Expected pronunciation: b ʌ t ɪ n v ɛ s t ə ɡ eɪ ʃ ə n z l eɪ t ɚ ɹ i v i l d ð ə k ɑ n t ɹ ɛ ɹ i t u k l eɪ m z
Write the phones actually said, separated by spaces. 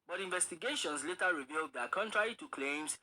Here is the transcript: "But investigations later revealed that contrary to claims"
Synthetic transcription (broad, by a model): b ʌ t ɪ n v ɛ s t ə ɡ eɪ ʃ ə n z l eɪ t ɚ ɹ i v i l d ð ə k ɑ n t ɹ ɛ ɹ i t u k l eɪ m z